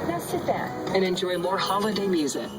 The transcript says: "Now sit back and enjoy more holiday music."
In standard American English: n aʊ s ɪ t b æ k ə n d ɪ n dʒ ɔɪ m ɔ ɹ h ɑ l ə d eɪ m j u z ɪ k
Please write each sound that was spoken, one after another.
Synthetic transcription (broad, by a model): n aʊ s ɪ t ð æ ə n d ɪ n dʒ ɔɪ m ɔ ɹ h ɑ l ə d eɪ m j u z ɪ k